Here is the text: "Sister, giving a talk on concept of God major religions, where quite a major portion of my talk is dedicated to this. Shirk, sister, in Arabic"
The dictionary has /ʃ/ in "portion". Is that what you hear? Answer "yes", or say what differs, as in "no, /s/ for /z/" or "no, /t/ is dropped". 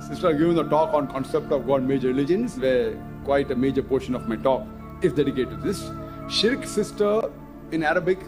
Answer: yes